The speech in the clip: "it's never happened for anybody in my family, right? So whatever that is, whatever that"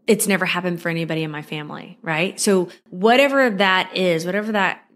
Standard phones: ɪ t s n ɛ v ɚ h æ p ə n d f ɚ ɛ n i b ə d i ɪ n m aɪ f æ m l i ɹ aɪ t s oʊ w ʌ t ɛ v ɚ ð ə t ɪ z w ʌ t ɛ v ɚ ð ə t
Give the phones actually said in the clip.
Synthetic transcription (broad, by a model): ɪ t s n ɛ v ɚ h æ p ə n d f ɚ ɛ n i b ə d i ɪ n m aɪ f æ m l i ɹ aɪ t s oʊ w ʌ t ɛ v ɚ ð ə t ɪ z w ʌ t ɛ v ɚ ð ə t